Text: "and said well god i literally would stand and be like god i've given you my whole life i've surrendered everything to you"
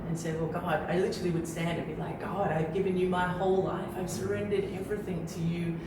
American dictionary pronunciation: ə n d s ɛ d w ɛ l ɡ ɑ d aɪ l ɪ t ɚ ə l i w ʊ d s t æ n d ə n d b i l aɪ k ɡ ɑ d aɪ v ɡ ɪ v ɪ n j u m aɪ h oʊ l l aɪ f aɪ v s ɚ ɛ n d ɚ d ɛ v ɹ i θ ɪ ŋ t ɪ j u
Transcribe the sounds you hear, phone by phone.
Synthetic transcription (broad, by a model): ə n s ɛ d w ɛ l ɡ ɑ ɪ aɪ l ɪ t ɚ l i w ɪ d s t æ n d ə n b i l aɪ k ɡ ɑ d aɪ v ɡ ɪ v ɪ n j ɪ m aɪ h oʊ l l aɪ f aɪ v s ɚ ɛ n d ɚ d ɛ v ɹ i θ ɪ ŋ t ɪ j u